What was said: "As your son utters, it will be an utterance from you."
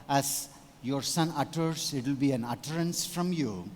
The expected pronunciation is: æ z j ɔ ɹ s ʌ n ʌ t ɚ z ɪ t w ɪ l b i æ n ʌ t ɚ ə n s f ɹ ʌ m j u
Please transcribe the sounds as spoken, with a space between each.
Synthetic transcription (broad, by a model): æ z j ɔ ɹ s ʌ n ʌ t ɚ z ɪ t w ɪ l b i æ n ʌ t ɚ ə n s f ɹ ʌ m j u